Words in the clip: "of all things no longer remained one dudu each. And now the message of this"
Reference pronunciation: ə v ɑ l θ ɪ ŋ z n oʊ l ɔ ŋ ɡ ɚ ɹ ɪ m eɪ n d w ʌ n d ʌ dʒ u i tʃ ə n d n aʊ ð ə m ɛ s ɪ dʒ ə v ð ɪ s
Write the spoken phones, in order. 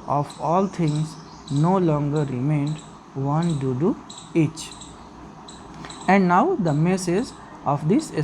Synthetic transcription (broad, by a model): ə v ɑ l t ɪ ŋ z n oʊ l ɔ ŋ ɡ ɚ ɹ ɪ m eɪ n d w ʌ n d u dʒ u i tʃ ə n d n aʊ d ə m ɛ s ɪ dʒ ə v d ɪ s